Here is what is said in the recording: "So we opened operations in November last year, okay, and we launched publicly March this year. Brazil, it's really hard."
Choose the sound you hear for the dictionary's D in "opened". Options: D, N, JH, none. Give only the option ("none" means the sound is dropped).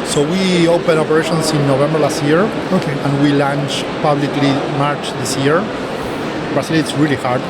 none